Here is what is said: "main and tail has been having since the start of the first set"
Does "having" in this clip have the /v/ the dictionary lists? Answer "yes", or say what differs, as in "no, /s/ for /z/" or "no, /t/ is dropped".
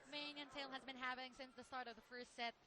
no, /p/ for /v/